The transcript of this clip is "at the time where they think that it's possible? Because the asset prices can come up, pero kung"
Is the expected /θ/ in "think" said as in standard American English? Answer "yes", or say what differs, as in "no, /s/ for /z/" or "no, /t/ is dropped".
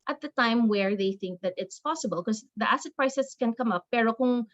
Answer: yes